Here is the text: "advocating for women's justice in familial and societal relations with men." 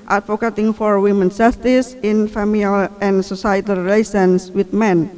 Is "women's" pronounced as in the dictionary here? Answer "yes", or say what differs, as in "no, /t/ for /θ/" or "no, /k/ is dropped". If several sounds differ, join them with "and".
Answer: no, /z/ is dropped